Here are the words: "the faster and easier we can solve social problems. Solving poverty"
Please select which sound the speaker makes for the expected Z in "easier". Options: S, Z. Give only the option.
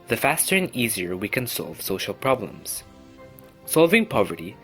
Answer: Z